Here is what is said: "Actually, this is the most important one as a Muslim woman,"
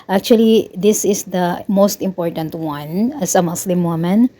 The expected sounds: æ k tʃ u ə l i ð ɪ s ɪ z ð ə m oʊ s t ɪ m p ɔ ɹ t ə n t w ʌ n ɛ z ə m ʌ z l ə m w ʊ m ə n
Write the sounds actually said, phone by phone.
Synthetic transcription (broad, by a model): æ k tʃ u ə l i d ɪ s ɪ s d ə m oʊ s t ɪ m p ɔ ɹ t ə n t w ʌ n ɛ s ə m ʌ s l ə m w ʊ m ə n